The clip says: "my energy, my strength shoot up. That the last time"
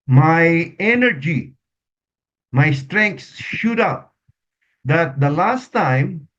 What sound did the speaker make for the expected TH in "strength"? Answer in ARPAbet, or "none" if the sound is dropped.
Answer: S